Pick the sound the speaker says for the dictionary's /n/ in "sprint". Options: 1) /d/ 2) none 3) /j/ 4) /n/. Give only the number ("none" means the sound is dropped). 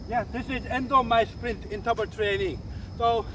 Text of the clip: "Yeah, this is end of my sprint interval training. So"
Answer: 4